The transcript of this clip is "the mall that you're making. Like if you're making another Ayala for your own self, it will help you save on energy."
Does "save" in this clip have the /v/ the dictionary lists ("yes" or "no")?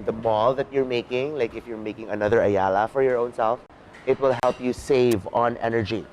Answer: yes